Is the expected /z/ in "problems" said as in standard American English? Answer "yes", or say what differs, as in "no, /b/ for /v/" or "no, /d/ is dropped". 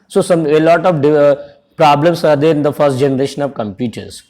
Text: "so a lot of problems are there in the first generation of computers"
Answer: no, /s/ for /z/